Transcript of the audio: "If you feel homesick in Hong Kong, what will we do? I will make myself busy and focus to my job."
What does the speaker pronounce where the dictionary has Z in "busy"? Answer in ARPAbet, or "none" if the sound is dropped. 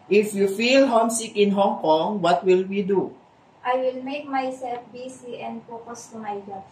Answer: S